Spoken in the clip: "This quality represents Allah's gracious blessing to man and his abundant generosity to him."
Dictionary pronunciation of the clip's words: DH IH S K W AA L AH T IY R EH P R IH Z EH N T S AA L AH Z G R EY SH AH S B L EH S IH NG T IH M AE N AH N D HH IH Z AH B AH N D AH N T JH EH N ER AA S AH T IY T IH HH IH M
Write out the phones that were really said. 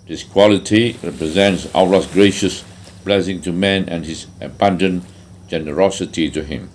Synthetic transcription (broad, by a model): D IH S K W AA L AH T IY R EH P R IH Z EH N T S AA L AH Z G R EY SH AH S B L EH S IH NG T IH M AE N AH N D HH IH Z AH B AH N D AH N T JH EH N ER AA S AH T IY T IH HH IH M